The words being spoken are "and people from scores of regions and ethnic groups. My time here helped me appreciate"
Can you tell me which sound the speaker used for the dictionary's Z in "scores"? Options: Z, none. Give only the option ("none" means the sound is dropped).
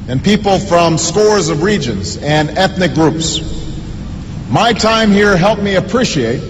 Z